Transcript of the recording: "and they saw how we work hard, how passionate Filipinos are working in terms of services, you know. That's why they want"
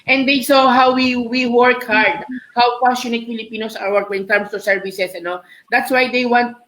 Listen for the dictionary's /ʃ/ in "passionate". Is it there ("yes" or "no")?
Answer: no